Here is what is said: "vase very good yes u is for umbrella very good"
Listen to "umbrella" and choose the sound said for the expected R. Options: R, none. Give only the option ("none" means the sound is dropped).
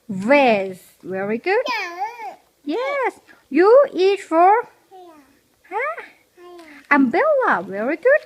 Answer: none